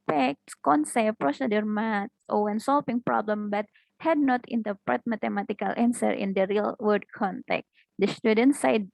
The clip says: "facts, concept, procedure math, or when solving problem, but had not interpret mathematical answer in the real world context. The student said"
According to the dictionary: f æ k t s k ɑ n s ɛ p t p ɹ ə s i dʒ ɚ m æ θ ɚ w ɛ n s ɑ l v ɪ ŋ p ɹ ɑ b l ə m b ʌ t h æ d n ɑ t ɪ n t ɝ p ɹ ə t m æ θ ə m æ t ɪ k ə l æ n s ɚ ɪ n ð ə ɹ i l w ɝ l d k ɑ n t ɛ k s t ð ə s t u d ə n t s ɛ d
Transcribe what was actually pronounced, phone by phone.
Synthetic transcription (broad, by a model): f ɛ k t s k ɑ n s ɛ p p ɹ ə s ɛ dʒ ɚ m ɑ t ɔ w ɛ n s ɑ l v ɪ ŋ p ɹ ɑ b l ə m b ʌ t h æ d n ɑ t ɪ n t ɝ p ɹ ə t m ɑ t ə m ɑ t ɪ k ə l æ n s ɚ ɪ n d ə ɹ i l w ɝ d k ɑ n t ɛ k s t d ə s t u d ə n t s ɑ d